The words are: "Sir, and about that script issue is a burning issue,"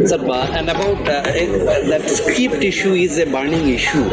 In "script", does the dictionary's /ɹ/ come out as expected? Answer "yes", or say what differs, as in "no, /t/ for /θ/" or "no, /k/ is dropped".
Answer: no, /ɹ/ is dropped